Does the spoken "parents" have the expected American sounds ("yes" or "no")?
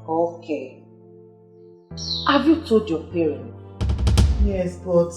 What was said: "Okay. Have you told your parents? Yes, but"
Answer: no